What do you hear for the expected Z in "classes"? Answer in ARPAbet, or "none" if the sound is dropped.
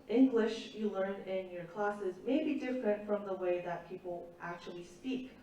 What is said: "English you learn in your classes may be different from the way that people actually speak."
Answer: Z